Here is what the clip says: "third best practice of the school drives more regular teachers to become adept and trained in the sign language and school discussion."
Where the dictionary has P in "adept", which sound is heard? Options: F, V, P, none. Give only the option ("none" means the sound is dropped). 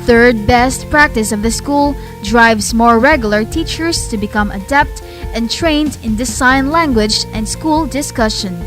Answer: P